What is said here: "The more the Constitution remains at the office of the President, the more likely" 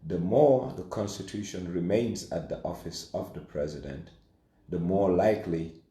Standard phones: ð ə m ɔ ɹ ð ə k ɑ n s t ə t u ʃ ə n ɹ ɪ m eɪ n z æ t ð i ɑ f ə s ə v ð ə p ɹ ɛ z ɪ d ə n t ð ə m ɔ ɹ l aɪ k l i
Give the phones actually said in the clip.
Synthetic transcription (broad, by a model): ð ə m ɔ ɹ ð ə k ɑ n s t ə t u ʃ ə n ɹ ɪ m eɪ n z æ t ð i ɑ f ə s ə v ð ə p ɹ ɛ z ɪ d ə n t ð ə m ɔ ɹ l aɪ k l i